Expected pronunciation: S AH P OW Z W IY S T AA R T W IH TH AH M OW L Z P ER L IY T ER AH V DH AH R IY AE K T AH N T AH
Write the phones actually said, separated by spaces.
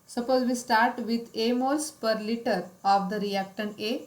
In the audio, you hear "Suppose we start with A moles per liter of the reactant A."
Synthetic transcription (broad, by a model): S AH P OW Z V IY S T AA R T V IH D AH M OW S P ER L IY T ER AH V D AH R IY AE K T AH N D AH